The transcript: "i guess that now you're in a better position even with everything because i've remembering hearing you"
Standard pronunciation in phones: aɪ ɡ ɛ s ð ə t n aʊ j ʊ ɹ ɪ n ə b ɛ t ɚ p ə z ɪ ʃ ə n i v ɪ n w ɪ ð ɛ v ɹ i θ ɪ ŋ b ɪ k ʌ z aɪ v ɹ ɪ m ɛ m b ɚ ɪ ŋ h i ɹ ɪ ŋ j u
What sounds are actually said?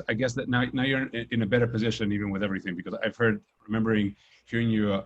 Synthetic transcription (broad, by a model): aɪ ɡ ɛ s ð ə t n aʊ j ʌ ɹ ɪ n ə b ɛ t ɚ p ə z ɪ ʃ ə n i v ɪ n w ɪ ð ɛ v ɹ i θ ɪ ŋ b ɪ k ʌ z aɪ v ɹ ɪ m ɛ m b ɚ ɪ ŋ h i ɹ ɪ ŋ j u